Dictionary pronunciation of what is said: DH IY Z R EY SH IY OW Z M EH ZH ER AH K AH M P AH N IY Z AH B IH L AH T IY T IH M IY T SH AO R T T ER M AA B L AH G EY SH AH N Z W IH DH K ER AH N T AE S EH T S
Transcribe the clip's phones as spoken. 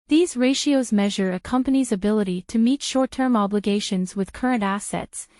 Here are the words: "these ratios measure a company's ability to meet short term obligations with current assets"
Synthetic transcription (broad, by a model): DH IY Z R EY SH IY OW Z M EH ZH ER AH K AH M P AH N IY Z AH B IH L AH T IY T IH M IY T SH AO R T T ER M AA B L AH G EY SH AH N Z W IH DH K ER AH N T AE S EH T S